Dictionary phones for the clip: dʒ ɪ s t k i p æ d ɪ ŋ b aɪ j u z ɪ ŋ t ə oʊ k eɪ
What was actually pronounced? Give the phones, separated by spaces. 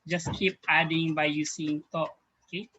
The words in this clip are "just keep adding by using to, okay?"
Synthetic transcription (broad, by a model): dʒ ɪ s k i p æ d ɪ ŋ b aɪ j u s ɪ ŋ t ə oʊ k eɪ